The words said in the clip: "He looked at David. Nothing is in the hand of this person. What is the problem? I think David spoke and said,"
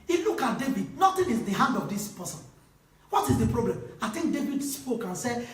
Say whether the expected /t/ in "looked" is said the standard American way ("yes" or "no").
no